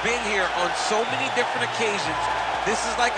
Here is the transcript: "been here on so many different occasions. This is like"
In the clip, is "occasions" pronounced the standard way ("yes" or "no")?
yes